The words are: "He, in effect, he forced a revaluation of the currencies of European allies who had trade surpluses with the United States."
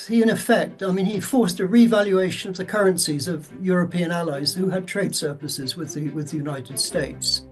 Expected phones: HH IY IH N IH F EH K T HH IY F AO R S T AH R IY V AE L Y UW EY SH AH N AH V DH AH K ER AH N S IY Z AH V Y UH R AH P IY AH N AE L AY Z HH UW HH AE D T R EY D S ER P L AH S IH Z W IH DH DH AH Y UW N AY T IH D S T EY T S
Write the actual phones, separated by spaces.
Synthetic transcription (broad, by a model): HH IY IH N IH F EH K T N IY F AO R S T AH R IY V AE L Y UW EY SH AH N AH V DH AH K ER AH N S IY Z AH V Y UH R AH P IY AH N AE L AY Z HH UW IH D T R EY D S ER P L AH S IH Z W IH DH DH AH Y UW N AY T IH D S T EY T S